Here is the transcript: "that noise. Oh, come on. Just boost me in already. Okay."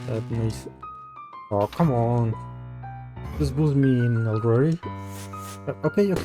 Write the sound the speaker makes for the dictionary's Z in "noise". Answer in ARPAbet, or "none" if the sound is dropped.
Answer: S